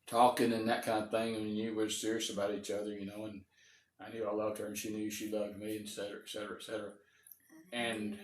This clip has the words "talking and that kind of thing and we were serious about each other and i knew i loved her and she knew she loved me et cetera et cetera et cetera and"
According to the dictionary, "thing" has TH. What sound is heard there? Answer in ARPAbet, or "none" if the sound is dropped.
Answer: TH